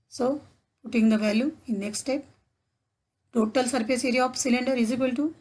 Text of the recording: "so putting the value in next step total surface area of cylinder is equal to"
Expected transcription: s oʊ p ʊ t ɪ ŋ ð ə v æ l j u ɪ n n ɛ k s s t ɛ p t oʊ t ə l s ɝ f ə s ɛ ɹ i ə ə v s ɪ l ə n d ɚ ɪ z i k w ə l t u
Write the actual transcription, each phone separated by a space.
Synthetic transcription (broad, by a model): s oʊ p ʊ t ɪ ŋ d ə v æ l j u ɪ n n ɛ k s s t ɛ p t oʊ t ə l s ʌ p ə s ɛ ɹ i ə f s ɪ l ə n d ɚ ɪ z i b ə l t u